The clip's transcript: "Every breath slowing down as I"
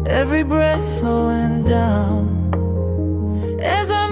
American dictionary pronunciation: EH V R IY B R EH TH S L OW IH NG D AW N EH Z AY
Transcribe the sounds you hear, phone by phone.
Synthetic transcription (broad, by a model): EH V R IY B R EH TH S OW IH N D AW N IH Z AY